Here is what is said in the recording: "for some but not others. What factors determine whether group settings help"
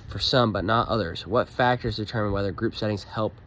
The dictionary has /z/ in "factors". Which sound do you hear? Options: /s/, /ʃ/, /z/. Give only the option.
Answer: /z/